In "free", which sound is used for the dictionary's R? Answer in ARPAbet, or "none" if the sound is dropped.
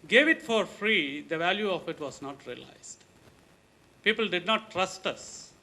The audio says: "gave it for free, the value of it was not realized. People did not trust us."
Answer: R